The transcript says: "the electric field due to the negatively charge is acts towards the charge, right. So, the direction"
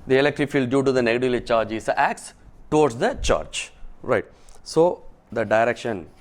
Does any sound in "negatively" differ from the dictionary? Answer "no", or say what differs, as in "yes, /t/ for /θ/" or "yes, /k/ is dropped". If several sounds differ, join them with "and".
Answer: yes, /v/ is dropped